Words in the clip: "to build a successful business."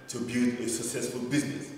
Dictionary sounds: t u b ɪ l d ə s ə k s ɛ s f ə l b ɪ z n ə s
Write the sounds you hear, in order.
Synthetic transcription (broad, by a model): t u b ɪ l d ə s ə k s ɛ s f ə l b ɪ z n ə s